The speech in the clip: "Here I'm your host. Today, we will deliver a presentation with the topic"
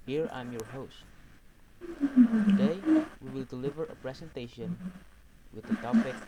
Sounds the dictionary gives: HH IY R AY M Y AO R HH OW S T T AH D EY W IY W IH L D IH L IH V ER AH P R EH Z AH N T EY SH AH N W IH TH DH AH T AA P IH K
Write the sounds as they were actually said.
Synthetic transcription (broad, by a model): HH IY R AY M Y AO R HH OW S T T AH D EY W IY W IH L D IH L IH V ER AH P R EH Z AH N T EY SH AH N W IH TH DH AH T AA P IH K